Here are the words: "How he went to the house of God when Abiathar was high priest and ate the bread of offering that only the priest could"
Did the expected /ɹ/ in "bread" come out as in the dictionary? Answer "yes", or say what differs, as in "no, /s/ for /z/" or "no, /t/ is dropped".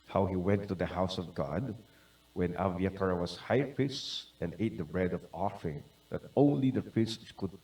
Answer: yes